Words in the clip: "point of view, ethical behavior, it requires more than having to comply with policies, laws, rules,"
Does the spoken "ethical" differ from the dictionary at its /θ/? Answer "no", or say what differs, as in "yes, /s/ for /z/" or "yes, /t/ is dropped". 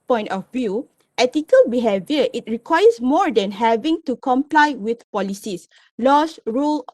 yes, /t/ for /θ/